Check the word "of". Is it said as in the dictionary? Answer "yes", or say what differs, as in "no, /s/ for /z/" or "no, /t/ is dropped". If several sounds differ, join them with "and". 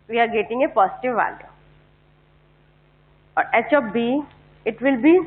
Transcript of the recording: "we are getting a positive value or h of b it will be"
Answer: no, /p/ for /v/